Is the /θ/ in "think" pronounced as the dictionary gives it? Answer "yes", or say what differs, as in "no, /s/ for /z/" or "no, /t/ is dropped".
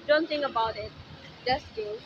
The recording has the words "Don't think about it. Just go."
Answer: no, /t/ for /θ/